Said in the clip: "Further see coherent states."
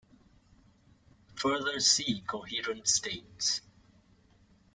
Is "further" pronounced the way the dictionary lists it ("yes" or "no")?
yes